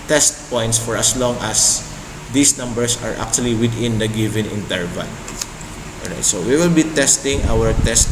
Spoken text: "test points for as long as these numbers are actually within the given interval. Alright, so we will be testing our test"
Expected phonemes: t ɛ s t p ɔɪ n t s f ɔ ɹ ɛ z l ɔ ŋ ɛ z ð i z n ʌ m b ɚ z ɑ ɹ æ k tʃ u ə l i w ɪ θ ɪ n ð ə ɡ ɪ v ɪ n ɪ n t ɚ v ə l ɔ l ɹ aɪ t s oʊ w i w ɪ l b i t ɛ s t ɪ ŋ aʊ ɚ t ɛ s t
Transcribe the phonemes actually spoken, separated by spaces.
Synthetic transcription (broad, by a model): t ɛ s t p ɔɪ n t s f ɔ ɹ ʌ s l ɔ ŋ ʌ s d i s n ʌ m b ɚ s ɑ ɹ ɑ k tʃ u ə l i w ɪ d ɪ n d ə ɡ ɪ v ɪ n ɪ n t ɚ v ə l ɔ l ɹ aɪ t s oʊ w i w ɪ l b i t ɛ s t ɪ ŋ aʊ ɚ t ɛ s t